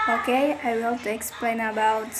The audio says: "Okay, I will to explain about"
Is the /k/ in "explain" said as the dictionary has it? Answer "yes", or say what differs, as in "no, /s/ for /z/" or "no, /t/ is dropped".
yes